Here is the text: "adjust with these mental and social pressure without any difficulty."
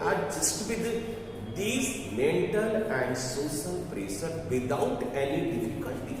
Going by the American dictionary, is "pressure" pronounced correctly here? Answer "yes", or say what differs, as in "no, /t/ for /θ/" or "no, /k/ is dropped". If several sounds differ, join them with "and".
no, /s/ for /ʃ/